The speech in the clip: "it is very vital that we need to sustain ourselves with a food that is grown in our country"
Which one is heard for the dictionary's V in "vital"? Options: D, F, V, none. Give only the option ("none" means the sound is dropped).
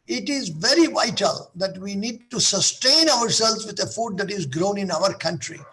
V